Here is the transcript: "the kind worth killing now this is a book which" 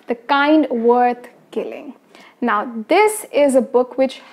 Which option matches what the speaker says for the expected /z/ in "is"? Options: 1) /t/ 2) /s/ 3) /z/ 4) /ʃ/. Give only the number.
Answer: 3